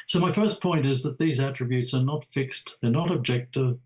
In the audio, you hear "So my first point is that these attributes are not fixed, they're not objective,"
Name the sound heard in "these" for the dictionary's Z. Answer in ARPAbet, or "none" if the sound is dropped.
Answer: Z